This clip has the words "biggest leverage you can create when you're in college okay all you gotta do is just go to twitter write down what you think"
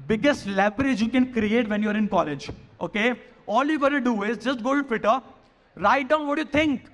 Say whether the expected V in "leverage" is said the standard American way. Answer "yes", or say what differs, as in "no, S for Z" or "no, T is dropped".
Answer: no, B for V